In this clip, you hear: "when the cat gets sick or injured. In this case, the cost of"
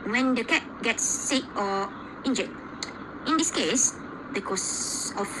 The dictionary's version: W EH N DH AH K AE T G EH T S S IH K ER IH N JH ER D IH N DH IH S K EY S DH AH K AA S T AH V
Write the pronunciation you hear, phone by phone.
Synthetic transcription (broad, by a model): W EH N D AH K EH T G EH T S S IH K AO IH N JH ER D IH N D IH S K EY S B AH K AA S AH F